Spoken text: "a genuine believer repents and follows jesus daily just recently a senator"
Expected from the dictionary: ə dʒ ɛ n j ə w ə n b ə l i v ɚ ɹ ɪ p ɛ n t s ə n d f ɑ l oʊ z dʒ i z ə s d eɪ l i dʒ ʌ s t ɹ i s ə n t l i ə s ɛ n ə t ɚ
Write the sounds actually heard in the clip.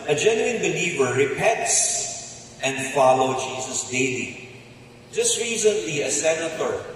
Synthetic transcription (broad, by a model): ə dʒ ɛ n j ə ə n b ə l i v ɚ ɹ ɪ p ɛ t s ə n d f ɑ l oʊ dʒ i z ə s d eɪ l i dʒ ʌ s t ɹ i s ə n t l i ə s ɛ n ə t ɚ